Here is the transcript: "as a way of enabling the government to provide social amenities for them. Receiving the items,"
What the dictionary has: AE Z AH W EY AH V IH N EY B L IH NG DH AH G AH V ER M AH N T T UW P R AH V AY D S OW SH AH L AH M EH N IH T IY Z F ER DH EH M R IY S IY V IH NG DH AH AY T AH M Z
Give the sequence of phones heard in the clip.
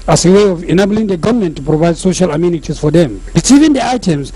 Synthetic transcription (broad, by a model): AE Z AH W EY AH V IH N EY B L IH NG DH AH G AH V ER M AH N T T UW P R AH V AY D S OW SH AH L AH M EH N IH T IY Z F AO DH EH M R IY S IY V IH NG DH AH AY T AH M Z